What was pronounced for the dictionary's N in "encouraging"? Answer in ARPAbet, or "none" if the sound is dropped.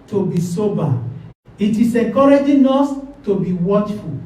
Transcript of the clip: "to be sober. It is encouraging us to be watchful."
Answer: none